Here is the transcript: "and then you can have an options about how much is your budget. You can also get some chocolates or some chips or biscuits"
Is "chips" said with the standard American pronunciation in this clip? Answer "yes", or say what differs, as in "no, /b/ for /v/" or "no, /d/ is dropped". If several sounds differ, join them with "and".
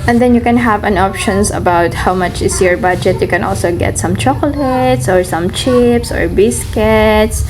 yes